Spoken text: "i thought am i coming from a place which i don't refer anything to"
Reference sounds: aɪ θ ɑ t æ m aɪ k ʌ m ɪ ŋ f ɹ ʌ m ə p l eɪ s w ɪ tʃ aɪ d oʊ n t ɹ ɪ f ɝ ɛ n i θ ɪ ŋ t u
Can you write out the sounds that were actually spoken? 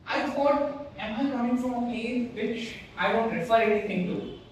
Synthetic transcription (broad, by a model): aɪ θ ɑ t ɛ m aɪ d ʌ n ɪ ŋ f ɹ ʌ m ə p eɪ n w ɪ tʃ aɪ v oʊ n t ɹ ɪ f ɝ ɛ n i t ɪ ŋ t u